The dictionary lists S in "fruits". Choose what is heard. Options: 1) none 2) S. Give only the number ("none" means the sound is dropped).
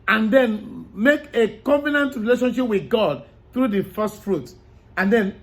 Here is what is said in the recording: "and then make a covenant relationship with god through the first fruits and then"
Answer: 1